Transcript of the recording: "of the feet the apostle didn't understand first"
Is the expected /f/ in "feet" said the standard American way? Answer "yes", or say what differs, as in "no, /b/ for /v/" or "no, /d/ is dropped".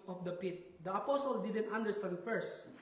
no, /p/ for /f/